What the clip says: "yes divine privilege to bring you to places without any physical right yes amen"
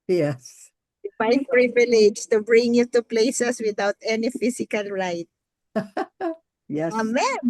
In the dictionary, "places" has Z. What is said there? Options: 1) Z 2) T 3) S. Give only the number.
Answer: 3